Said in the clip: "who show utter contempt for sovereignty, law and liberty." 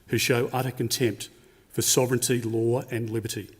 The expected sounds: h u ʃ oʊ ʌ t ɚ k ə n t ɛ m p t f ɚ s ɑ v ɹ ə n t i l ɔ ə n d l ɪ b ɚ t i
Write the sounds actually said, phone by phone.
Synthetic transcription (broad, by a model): h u ʃ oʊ ʌ t ɚ k ə n t ɛ m p t f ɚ s ɑ v ɹ ə n t i l ɔ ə n l ɪ b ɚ t i